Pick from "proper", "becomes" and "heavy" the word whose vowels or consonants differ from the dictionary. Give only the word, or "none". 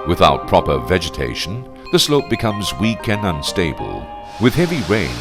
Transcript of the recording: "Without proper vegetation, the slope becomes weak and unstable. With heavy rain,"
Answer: none